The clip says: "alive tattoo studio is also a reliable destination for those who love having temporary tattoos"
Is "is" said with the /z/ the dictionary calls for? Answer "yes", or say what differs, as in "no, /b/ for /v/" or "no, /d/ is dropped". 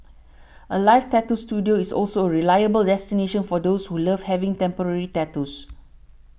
no, /s/ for /z/